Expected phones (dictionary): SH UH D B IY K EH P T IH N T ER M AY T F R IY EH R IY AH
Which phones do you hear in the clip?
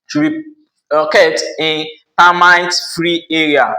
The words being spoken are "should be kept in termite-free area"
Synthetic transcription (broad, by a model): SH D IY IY K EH T IH N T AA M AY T F R IY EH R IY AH